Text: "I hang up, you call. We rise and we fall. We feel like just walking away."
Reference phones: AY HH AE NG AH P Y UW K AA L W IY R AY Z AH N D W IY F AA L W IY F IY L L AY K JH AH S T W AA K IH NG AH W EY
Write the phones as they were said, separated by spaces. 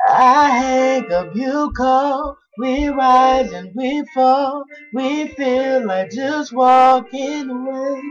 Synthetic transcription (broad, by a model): AY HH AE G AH B Y UW K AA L W IY R AY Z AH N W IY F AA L W IY F IY L L AY K JH AH S T W AA K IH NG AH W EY